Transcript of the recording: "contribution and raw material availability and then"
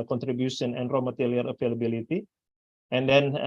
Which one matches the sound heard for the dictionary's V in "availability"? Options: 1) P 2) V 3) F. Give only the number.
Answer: 3